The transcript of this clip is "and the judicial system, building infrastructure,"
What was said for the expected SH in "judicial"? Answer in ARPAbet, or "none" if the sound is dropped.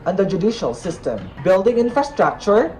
SH